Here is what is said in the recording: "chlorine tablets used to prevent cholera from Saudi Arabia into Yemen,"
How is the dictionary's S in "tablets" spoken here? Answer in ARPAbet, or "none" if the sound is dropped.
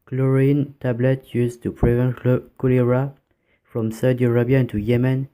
none